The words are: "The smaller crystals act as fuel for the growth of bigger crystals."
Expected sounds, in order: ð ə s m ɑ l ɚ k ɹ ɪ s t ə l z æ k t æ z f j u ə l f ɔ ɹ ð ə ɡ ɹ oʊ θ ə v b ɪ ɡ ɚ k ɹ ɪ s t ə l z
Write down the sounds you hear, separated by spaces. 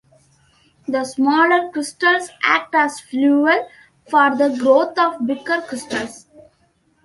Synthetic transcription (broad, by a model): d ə s m ɑ l ɚ k ɹ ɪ s t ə l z æ k t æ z f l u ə l f ɔ ɹ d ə ɡ ɹ oʊ t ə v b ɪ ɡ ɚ k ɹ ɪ s t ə l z